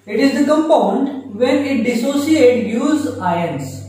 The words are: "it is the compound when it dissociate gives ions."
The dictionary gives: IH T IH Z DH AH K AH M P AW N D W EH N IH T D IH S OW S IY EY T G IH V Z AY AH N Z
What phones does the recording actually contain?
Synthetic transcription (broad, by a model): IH T IH Z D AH K AH M P AW N D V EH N IH T D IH S OW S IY EY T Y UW Z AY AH N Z